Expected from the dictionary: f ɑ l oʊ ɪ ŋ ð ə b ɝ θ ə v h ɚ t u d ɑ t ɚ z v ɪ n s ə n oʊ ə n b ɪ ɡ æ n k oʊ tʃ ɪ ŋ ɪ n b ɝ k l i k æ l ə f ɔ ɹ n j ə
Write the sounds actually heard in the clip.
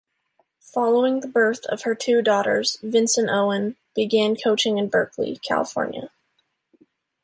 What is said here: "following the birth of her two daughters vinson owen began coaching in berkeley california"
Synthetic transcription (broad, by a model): f ɑ l oʊ ɪ ŋ ð ə b ɝ θ ə v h ɚ t u d ɑ t ɚ z v ɪ n s ə n oʊ ə n b ɪ ɡ æ n k oʊ tʃ ɪ ŋ ɪ n b ɝ k l i k æ l ə f ɔ ɹ n j ə